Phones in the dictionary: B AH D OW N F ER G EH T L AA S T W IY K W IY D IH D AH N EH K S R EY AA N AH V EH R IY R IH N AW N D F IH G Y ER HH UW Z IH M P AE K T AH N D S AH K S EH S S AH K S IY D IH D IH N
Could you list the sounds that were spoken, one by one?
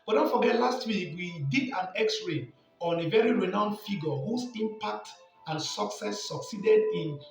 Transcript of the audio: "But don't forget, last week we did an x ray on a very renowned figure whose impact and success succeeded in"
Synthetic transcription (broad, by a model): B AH D OW N F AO G EH T L AA S T W IY K W IY D IH D AH N EH K S R EY AA N AH V EH R IY R IH N AW N D F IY G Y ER HH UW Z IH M P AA K T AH N S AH K S EH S S AH K S IY D IH D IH N